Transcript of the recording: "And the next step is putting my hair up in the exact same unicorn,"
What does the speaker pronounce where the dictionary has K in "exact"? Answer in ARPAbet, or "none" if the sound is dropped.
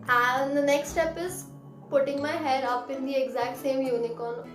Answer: K